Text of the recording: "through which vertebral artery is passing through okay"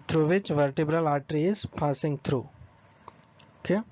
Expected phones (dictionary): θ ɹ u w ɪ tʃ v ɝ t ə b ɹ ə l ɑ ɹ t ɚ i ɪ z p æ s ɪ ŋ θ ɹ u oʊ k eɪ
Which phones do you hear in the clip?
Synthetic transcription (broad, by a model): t ɹ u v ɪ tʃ v ɝ t ə b ɹ ə l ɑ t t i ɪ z p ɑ s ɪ ŋ t ɹ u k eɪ